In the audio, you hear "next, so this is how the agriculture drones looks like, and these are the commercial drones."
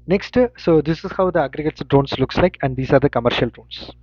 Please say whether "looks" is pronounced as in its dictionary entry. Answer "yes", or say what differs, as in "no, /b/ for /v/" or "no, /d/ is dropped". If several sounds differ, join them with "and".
yes